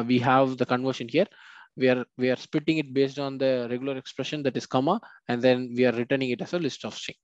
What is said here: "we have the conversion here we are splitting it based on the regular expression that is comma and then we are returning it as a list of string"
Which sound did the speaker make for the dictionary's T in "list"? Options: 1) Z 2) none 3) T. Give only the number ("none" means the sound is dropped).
3